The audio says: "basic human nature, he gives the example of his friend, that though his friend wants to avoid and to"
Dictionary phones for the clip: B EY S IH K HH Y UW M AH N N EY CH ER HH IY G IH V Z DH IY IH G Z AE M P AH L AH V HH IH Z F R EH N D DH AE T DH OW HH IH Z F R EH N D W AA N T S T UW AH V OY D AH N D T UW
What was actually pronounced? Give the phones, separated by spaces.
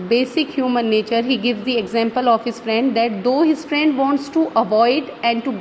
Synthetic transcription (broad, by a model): B EY S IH K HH Y UW M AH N N EY CH ER HH IY G IH V Z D IY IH G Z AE M P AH L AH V HH IH Z F R EH N D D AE T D OW HH IH Z F R EH N D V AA N T S T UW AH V OY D AH N D T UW